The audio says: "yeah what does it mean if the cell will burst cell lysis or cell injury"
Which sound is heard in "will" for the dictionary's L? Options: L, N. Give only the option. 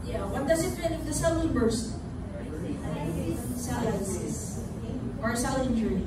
N